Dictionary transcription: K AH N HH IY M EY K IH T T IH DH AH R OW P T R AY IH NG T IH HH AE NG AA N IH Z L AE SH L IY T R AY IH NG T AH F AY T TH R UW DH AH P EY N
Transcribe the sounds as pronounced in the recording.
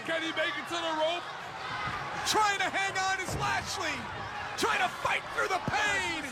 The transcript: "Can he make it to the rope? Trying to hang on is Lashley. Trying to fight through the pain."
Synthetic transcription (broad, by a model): K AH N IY M EY K IH T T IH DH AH R OW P T R AY IH NG T IH HH AE NG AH N IH Z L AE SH L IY T R AY IH NG T AH F AY T TH R UW DH AH P EY N